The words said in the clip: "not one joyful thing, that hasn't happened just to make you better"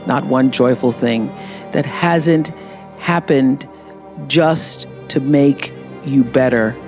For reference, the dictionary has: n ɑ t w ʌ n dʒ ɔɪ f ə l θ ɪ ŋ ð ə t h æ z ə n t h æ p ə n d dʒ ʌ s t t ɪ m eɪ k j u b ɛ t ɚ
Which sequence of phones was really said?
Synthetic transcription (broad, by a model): n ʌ t w ʌ n dʒ ɔɪ f l θ ɪ ŋ ð ə t h æ z ə n t h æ p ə n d dʒ ʌ s t t ɪ m eɪ k j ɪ b ɛ t ɚ